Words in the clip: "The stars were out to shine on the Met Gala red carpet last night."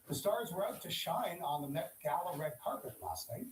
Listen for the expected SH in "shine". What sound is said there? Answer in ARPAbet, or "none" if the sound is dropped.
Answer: SH